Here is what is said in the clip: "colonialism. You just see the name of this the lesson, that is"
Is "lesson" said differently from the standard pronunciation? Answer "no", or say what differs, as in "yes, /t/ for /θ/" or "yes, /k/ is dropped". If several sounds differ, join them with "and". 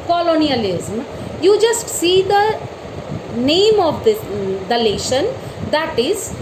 yes, /ʃ/ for /s/